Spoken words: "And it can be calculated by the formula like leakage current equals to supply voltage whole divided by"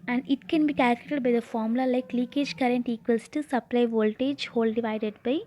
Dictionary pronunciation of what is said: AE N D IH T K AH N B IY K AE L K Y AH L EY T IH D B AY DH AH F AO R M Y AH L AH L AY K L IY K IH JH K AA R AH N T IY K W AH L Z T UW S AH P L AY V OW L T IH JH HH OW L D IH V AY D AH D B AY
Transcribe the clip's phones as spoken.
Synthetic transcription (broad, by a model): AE N D IH T K AH N B IY K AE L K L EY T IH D B AY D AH F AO R M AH L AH L AY K L IY K IH JH K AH R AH N T IY K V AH L S T UW S AH P L AY V OW L T IH JH HH OW L D IH V AY D AH D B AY